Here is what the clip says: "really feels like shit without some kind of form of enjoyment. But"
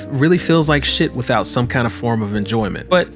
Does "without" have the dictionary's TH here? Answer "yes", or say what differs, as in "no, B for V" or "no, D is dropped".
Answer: yes